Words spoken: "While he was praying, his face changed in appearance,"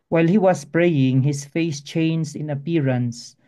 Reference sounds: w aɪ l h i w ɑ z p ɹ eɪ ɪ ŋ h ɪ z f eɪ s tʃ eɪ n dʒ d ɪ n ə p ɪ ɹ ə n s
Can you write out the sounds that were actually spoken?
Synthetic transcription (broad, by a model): w aɪ l h i w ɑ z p ɹ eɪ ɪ ŋ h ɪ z f eɪ s tʃ eɪ n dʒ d ɪ n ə p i ɹ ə n s